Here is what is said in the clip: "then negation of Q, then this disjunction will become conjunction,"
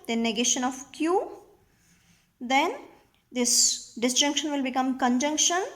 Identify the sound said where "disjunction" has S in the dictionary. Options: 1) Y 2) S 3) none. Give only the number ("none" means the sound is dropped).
2